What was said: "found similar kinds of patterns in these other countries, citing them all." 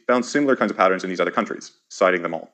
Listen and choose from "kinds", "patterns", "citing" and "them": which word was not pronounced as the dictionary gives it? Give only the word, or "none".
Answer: none